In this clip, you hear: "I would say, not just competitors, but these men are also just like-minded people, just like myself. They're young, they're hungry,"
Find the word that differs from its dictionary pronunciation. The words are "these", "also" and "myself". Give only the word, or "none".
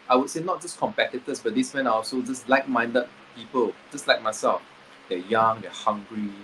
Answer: these